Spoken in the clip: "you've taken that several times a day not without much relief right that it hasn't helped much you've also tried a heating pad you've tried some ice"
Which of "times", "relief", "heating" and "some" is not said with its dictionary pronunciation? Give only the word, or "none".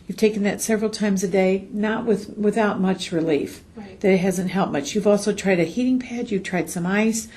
none